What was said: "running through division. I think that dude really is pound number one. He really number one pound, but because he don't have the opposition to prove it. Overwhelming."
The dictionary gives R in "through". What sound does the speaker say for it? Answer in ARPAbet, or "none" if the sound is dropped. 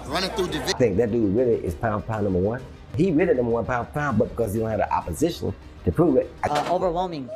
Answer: none